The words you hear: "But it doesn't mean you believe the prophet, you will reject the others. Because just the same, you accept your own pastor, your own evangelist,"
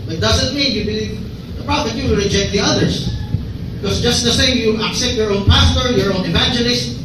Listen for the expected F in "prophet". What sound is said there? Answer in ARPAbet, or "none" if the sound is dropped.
none